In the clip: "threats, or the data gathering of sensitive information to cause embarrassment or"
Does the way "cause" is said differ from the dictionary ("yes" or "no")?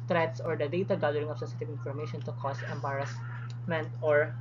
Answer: yes